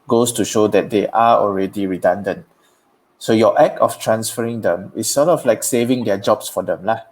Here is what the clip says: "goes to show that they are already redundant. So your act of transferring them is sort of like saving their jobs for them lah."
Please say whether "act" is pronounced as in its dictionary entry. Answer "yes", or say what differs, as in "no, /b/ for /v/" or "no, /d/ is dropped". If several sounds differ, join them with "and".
no, /t/ is dropped